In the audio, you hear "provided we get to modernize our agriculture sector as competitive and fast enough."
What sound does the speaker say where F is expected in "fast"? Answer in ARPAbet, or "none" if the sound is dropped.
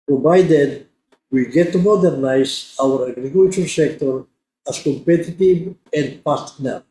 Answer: P